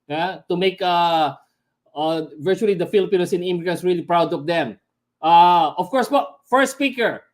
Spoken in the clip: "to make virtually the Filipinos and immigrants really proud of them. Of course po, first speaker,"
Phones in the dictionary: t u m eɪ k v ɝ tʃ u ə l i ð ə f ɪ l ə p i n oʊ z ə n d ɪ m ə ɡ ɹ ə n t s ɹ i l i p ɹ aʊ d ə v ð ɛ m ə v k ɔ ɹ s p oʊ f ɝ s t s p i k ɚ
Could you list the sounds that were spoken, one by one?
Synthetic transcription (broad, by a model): t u m eɪ k v ɝ tʃ u ə l i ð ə f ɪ l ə p i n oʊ s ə n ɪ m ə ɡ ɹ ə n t s ɹ i l i p ɹ aʊ d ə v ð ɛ m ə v k ɔ ɹ s b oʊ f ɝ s s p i k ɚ